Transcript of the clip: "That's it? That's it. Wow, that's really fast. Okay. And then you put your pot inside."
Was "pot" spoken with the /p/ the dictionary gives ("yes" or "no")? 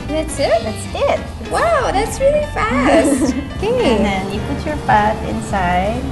no